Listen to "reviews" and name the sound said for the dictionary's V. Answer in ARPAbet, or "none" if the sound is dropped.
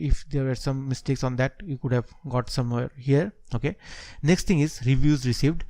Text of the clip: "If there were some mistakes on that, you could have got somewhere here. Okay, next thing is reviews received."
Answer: V